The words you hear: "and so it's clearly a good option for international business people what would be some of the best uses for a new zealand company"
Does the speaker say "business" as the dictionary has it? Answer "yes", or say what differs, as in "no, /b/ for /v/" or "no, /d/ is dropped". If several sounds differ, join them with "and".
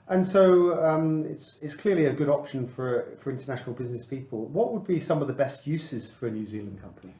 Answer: yes